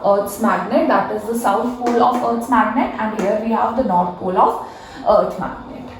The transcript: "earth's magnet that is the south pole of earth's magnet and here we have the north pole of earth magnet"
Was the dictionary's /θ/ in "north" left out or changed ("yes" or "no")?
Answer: yes